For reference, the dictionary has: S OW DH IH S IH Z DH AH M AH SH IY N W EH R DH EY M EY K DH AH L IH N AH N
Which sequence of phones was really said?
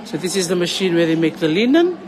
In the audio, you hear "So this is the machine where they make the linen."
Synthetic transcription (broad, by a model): S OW DH IH S IH Z DH AH M AH SH IY N W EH DH EY M EY K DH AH L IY N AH N